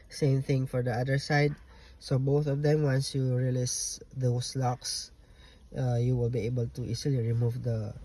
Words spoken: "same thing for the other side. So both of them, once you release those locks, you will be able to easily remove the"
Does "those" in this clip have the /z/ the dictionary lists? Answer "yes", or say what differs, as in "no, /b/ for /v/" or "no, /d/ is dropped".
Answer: no, /s/ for /z/